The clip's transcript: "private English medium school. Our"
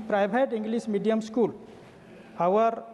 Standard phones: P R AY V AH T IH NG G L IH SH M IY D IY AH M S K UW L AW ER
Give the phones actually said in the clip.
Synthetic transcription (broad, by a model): P R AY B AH T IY NG G L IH S M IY D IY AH M S K UW L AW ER